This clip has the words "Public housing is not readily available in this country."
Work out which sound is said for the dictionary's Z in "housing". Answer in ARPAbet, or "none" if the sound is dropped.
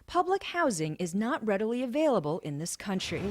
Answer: Z